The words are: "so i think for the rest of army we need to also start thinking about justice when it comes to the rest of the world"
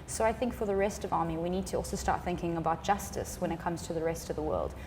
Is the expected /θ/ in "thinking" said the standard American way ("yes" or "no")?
yes